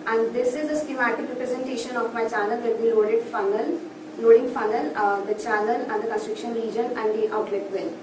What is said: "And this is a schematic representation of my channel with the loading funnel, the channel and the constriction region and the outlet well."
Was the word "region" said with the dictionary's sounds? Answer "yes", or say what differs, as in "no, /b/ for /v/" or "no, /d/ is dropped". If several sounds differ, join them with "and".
yes